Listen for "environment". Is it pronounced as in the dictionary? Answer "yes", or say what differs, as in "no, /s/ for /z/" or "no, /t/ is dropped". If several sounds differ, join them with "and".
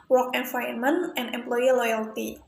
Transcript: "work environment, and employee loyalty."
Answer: no, /ɹ/ is dropped